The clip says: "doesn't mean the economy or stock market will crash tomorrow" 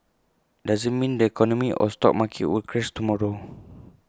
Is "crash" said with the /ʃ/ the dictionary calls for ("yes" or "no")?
no